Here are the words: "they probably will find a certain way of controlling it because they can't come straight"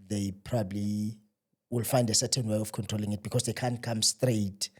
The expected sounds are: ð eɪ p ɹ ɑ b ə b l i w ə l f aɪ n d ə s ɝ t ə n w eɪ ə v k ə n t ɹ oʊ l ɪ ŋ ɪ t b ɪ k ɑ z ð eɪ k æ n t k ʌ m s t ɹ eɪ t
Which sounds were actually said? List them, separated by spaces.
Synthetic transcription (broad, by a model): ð eɪ p ɹ ɑ b ə b l i w ə l f aɪ n d ə s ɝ t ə n w eɪ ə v k ə n t ɹ oʊ l ɪ ŋ ɪ t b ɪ k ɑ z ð eɪ k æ n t k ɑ m s t ɹ eɪ t